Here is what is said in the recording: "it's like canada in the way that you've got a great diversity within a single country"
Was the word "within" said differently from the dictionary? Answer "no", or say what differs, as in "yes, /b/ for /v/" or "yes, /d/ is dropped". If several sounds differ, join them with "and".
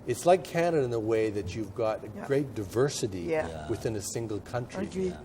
no